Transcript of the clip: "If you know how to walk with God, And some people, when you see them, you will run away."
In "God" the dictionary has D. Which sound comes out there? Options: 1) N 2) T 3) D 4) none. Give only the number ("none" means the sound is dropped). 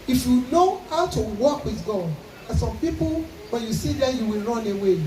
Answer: 4